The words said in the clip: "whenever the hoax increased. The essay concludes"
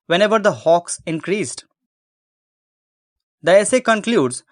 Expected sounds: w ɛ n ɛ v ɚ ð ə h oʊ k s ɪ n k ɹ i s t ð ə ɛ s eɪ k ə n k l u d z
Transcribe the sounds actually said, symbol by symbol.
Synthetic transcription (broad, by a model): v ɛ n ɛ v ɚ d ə h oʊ k s ɪ n k ɹ i s t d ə ɛ s eɪ k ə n k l u d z